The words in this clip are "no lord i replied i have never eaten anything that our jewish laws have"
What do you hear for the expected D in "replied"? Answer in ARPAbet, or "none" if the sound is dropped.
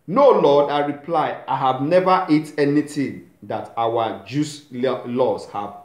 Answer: none